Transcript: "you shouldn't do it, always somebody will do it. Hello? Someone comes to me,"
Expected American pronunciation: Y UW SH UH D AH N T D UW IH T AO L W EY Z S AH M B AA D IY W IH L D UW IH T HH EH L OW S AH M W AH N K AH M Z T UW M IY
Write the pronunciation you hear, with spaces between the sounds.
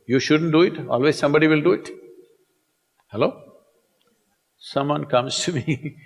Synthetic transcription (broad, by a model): Y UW SH UH D AH N T D UW IH T AO L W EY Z S AH M B AA D IY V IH L D UW IH T HH EH L OW S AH M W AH N K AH M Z T UW M IY